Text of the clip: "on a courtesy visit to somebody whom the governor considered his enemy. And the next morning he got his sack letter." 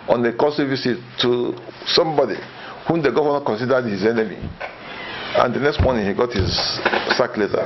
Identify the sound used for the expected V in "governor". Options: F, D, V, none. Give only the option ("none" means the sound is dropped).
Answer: none